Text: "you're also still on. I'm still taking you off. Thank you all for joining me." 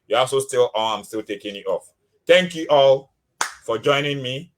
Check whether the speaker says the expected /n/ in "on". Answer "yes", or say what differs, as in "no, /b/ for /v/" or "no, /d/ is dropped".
no, /l/ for /n/